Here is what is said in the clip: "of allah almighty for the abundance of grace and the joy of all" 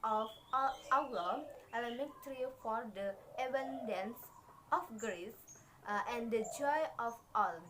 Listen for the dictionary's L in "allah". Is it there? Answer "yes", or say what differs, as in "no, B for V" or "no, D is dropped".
no, L is dropped